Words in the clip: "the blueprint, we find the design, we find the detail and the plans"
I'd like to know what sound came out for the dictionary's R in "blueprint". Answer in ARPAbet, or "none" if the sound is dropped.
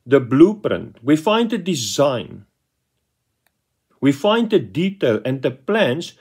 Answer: R